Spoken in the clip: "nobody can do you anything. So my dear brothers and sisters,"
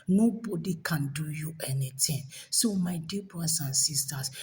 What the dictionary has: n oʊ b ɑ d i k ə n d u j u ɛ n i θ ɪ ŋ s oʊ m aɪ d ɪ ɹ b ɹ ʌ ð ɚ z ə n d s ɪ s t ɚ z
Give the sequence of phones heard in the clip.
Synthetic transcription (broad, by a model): n oʊ b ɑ d i k ə n d u j u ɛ n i t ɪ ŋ s oʊ m aɪ d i b ɹ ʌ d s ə n s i s t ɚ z